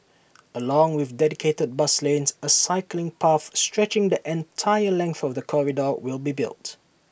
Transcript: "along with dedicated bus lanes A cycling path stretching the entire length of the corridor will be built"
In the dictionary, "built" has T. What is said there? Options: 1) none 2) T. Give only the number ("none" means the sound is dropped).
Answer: 2